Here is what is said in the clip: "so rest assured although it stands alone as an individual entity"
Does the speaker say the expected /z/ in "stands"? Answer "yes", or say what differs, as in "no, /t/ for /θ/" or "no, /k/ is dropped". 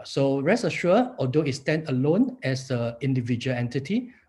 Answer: no, /z/ is dropped